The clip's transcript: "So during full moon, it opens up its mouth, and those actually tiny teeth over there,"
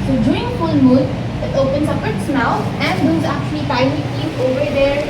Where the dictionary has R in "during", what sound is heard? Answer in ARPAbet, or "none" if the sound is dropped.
none